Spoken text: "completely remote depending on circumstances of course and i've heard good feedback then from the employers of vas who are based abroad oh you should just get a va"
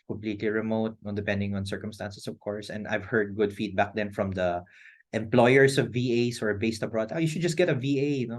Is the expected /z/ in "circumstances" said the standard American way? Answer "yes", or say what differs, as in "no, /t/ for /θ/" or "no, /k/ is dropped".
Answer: no, /s/ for /z/